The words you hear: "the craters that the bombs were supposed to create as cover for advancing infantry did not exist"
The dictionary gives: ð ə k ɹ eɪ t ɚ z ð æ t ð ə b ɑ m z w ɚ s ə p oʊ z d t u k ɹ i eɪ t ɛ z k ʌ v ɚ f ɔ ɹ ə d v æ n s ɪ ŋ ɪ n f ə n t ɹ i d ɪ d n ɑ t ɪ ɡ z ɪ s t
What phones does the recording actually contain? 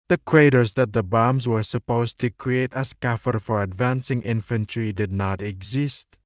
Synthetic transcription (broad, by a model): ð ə k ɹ eɪ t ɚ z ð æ t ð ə b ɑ m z w ɚ s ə p oʊ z t u k ɹ i eɪ t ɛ s k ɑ f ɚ f ɔ ɹ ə d v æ n s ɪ ŋ ɪ n f ə n t ɹ i d ɪ d n ɑ t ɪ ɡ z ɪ s t